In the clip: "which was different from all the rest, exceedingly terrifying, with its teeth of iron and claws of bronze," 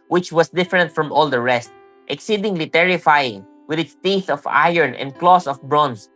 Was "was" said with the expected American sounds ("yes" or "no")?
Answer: no